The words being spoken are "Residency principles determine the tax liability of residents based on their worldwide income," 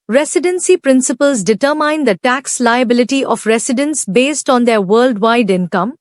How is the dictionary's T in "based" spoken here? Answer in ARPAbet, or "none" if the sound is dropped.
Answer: T